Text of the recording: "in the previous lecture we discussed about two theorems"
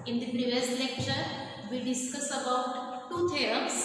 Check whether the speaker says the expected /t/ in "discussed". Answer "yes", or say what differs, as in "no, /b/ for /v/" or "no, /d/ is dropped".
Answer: no, /t/ is dropped